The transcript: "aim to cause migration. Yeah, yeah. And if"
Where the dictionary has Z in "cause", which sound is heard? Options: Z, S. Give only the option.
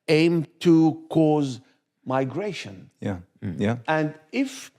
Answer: Z